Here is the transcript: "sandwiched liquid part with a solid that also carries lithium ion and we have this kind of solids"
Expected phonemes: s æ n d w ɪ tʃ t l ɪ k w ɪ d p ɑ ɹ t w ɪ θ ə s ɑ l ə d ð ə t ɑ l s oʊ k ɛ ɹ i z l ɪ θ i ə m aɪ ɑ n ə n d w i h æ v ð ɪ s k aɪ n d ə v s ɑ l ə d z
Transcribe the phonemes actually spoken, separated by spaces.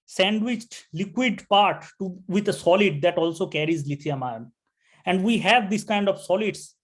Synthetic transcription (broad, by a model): s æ n d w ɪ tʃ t l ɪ k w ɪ d p ɑ ɹ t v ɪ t ə s ɑ l ə d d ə t ɑ l s oʊ k ɛ ɹ i z l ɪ t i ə m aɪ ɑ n ə n d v i h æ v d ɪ s k aɪ n d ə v s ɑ l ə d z